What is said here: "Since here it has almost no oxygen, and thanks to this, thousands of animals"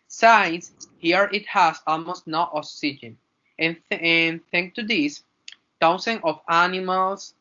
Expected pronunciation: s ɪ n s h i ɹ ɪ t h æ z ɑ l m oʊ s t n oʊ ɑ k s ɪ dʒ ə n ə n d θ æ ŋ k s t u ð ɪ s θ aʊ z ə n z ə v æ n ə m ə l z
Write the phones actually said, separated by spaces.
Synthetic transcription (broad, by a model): s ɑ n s h i ɹ ɪ t h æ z ɑ l m oʊ s t n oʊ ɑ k s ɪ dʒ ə n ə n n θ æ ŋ k t u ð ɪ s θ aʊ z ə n ə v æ n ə m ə l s